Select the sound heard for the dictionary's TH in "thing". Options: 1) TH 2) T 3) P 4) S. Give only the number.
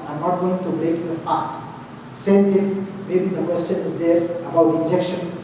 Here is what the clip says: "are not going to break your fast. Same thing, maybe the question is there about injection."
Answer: 2